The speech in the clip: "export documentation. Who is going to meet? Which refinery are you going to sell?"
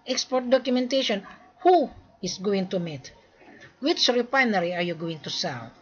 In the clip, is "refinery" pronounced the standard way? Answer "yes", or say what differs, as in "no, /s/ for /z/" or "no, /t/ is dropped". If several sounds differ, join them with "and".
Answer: no, /p/ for /f/